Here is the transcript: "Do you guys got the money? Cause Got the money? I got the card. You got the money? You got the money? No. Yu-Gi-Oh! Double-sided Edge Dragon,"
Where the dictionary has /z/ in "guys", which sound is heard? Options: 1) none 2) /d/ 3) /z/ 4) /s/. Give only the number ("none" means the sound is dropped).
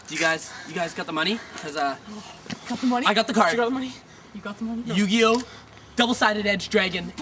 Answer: 3